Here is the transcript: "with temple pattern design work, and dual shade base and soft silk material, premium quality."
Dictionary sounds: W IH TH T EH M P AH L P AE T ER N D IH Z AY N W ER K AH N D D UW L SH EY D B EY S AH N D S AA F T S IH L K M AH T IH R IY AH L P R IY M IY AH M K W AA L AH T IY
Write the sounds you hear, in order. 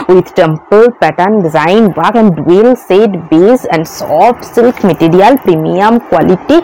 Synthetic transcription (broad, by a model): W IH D T EH M P AH L P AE T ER N D IH Z AY N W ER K AH N D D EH L S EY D B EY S AH N D S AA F T S IH L K M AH T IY R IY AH L P R IY M IY AH M K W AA L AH T IY